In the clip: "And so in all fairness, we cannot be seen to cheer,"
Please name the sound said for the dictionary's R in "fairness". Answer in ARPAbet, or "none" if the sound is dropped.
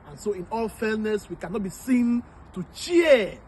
L